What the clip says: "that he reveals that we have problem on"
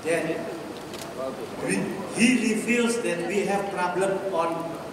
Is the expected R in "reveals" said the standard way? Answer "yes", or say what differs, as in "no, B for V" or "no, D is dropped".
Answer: no, L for R